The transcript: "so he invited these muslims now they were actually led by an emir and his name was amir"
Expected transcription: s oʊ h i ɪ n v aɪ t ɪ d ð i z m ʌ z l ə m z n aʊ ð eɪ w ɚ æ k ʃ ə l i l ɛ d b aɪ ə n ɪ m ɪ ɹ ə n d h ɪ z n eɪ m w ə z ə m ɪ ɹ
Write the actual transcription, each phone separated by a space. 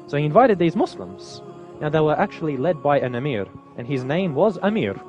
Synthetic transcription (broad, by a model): s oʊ h i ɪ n v aɪ t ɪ d ð i z m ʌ s l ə m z n aʊ ð eɪ w ɚ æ k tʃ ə l i l ɛ d b aɪ ə n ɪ m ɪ ɹ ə n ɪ z n eɪ m w ə z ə m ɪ ɹ